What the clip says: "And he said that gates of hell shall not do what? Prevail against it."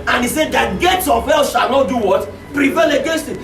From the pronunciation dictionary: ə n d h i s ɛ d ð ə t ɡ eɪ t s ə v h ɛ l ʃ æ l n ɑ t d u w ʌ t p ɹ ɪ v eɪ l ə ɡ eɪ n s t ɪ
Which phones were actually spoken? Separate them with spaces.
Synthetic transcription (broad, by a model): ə n i s ɛ d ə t ɡ eɪ t s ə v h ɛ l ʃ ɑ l n ɑ t d u w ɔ t p ɹ ɪ v eɪ l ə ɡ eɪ s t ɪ